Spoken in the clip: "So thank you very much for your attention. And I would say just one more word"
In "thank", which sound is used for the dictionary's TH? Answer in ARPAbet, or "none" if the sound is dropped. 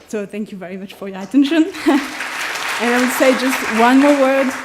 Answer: TH